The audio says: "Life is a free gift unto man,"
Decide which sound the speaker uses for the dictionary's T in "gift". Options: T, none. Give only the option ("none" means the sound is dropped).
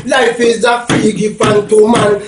none